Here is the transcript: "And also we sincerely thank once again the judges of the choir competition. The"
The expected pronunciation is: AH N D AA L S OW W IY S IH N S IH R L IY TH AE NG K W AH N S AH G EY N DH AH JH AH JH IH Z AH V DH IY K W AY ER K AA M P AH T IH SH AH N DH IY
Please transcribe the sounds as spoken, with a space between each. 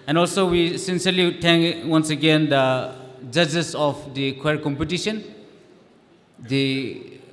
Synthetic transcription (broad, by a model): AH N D AA L S OW W IY S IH N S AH R L IY T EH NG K W AH N S AH G EY N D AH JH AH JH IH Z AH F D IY K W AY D K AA M P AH T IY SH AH N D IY